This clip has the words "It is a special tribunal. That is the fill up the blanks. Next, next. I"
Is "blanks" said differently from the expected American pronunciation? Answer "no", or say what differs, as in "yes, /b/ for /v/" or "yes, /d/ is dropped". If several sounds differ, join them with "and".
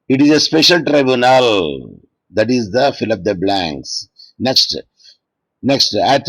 no